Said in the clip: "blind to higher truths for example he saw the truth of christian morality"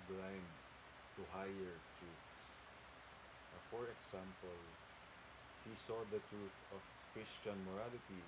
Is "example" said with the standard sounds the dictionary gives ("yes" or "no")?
no